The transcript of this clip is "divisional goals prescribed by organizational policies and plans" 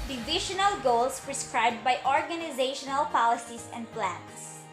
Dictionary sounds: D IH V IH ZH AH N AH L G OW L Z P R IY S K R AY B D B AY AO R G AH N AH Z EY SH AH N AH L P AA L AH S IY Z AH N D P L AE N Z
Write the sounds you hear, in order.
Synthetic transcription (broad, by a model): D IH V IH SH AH N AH L G OW L S P R IY S K R AY B D B AY AO R G AH N AH Z EY SH AH N AH L P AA L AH S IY S AH N D P L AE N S